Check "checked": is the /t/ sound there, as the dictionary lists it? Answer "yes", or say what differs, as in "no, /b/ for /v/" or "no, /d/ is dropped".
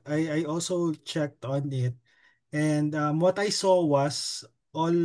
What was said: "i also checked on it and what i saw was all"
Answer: yes